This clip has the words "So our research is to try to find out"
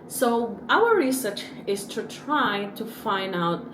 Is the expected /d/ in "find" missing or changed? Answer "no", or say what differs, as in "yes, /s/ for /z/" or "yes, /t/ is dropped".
no